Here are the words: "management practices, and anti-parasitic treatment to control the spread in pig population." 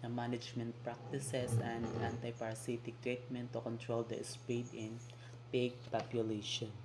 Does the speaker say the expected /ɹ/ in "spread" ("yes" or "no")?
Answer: no